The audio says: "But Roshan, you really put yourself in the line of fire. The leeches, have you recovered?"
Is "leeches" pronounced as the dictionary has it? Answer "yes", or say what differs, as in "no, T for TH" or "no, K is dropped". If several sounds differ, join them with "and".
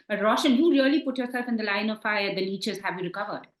no, N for L